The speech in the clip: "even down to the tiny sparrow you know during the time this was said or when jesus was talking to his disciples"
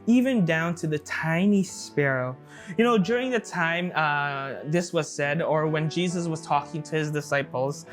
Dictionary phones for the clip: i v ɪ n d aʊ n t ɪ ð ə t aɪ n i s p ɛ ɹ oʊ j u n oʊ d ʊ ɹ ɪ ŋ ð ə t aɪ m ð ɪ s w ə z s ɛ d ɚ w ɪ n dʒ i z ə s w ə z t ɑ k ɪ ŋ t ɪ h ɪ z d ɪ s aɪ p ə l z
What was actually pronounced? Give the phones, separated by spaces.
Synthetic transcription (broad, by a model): i v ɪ n d aʊ n t ɪ ð ə t aɪ n i s p ɛ ɹ oʊ j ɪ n oʊ d ʊ ɹ ɪ ŋ ð ə t aɪ m ð ɪ s w ə z s ɛ d ɚ w ɪ n dʒ i z ə s w ə z t ɑ k ɪ ŋ t ɪ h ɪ z d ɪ s aɪ p l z